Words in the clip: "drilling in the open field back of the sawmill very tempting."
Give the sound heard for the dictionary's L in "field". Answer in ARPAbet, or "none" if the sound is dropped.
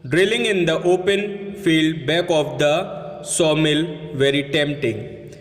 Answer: L